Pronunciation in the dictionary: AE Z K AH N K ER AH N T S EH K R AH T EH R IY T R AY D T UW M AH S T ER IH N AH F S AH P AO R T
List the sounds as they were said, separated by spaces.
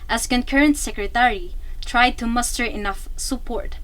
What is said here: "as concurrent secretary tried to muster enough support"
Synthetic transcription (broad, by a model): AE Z K AH N K ER AH N T S EH K R AH T EH R IY T R AY D T UW M AH S T ER IH N AH F S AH P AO R T